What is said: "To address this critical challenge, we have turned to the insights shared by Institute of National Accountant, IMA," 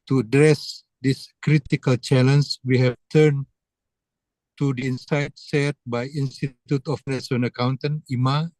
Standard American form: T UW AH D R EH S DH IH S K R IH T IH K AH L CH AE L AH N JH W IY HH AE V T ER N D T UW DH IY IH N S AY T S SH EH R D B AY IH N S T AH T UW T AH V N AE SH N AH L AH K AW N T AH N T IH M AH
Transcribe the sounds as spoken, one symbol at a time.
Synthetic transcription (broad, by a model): T UW AH D R EH S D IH S K R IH T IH K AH L CH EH L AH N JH W IY HH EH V T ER N T UW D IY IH N S AY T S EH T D B AY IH N S T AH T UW T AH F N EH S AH N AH K AW N T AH N IH M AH